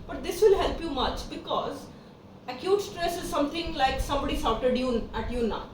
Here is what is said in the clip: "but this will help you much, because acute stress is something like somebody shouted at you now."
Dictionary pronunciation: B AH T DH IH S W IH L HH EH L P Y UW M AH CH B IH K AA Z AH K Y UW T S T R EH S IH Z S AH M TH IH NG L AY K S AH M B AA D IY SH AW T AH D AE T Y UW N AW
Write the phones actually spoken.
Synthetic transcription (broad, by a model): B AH T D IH S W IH L HH EH L P Y UW M AH CH B IH K AA Z AH K Y UW T S T R EH S IH Z S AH M T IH NG L AY K S AH M B AA D IY S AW T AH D AE T Y UW N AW